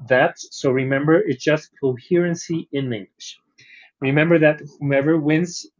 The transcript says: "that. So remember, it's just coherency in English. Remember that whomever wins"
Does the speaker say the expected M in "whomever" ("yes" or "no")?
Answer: no